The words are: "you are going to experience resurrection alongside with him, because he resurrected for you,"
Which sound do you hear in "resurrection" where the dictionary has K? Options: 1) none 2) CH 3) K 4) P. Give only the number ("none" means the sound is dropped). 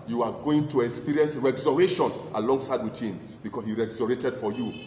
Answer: 1